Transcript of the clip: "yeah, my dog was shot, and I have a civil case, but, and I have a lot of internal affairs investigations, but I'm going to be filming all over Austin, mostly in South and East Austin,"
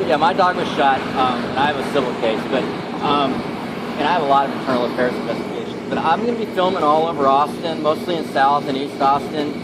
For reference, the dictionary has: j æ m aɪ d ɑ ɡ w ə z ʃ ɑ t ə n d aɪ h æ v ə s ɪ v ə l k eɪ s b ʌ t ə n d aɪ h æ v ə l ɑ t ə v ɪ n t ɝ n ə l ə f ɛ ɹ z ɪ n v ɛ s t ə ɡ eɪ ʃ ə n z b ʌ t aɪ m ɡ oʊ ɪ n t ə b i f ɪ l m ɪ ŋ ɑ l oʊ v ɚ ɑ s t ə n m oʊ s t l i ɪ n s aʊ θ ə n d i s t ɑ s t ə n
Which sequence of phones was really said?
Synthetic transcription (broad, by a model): j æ m aɪ d ɑ ɡ w ə z ʃ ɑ t ə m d aɪ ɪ v ə s ɪ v l k eɪ s b ʌ t ə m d aɪ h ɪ v ə l ɑ t ə v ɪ n t ɝ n l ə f ɛ ɹ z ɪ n v ɛ s t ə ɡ eɪ ʃ n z b ʌ t aɪ m ɡ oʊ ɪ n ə b i f ɪ l m ɪ ŋ ɑ l oʊ v ɚ ɑ s t ə n m oʊ s t l i ɪ n s aʊ θ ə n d i s t ɑ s t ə n